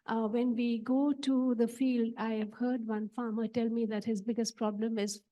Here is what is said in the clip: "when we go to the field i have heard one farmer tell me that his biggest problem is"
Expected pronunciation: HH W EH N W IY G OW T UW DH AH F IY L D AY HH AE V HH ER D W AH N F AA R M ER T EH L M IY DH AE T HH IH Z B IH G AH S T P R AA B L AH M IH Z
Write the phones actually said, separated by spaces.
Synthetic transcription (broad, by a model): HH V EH N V IY G OW T UW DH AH F IY L D AY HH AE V HH ER D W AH N F AA M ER T EH L M IY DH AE T HH IH Z B IH G AH S T P R AA B L AH M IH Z